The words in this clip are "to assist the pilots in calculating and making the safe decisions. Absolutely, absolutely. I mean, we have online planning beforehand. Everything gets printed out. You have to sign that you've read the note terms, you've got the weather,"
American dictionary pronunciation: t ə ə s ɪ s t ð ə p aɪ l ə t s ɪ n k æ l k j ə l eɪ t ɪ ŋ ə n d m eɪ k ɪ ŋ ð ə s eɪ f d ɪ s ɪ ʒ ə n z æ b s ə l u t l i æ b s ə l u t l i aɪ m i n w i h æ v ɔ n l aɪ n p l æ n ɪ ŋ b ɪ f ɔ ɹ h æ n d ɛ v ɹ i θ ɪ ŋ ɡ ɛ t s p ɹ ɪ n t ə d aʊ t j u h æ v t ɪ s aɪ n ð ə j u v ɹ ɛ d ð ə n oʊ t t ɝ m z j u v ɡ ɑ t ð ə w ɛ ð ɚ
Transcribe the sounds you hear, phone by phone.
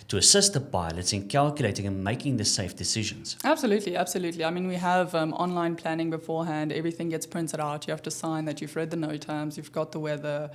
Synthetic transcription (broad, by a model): t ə ə s ɪ s t ð ə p aɪ l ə t s ɪ n k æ l k j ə l eɪ t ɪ ŋ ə n m eɪ k ɪ ŋ ð ə s eɪ f d ɪ s ɪ ʒ ə n z æ b s ə l u t l i æ b s ə l u t l i aɪ m i n w i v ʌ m ɔ n l aɪ n p l æ n ɪ ŋ b ɪ f ɔ ɹ h æ n d ɛ v ɹ i θ ɪ ŋ ɡ ɛ t s p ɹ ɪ n t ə d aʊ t j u h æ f t ɪ s aɪ n ð ə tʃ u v ɹ ɛ d ð ə n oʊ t t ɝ m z j u v ɡ ɑ t ð ə w ɛ ð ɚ